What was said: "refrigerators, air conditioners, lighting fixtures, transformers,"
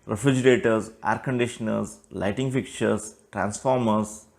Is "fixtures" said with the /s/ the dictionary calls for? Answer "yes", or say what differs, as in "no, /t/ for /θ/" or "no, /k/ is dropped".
no, /s/ is dropped